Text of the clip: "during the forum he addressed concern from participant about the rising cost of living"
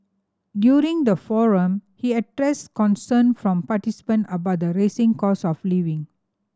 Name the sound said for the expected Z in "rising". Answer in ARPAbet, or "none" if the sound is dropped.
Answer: S